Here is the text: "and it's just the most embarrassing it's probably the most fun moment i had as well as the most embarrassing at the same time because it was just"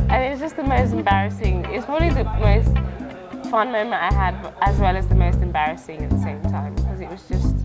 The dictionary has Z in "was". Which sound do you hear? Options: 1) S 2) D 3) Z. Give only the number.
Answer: 3